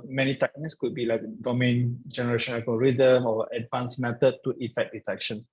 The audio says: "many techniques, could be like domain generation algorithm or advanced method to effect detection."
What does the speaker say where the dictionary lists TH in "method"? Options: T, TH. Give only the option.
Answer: T